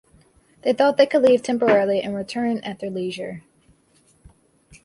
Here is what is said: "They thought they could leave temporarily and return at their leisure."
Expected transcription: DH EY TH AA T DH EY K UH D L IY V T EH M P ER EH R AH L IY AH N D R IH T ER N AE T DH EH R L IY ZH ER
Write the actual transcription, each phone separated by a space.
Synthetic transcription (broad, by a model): DH EY TH AA T DH EY K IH D L IY V T EH M P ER EH R L IY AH N R IH T ER N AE T DH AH R L IY ZH ER